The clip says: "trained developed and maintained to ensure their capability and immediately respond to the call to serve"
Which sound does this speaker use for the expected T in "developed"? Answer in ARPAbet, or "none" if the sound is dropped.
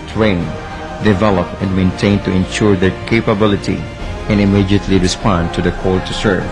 none